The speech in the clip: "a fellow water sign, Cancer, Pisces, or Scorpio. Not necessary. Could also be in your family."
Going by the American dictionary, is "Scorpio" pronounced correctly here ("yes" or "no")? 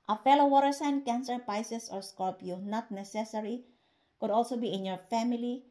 no